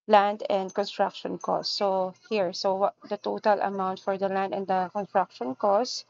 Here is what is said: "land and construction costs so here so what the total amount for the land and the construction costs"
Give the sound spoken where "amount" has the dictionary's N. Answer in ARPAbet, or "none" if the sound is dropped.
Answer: N